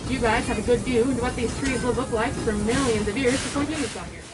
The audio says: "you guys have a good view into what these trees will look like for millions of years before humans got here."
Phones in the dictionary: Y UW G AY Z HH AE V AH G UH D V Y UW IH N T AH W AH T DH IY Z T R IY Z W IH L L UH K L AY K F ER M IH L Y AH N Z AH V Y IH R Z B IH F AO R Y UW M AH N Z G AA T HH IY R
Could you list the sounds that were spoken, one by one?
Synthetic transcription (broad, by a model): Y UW G AY Z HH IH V AH G UH D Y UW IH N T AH W AH T DH IY Z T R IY Z W IH L L UH K L AY K F ER M IH L Y AH N Z AH V Y IH R Z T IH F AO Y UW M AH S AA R